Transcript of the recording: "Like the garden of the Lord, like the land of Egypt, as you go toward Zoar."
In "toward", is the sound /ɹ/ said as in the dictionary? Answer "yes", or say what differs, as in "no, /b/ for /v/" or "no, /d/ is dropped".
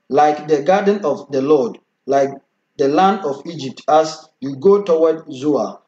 no, /w/ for /ɹ/